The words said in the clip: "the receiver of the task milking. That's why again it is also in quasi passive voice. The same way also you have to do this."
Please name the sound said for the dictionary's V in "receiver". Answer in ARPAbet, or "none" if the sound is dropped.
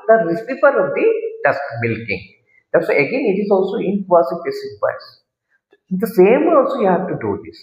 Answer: F